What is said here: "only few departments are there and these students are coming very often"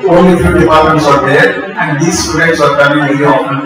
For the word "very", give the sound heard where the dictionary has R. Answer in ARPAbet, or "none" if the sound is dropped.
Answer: L